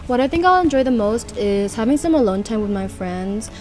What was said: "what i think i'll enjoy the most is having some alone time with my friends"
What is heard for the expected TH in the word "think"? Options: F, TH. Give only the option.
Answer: TH